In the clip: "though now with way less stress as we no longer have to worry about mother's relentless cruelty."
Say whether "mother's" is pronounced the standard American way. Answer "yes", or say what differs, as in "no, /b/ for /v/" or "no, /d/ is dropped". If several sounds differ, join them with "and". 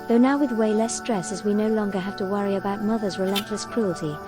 yes